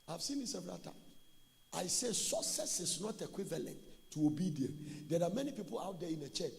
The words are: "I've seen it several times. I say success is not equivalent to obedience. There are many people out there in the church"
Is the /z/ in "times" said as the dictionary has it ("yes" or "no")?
no